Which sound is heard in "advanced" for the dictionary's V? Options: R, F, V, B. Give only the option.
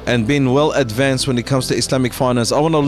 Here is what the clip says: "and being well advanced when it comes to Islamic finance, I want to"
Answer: V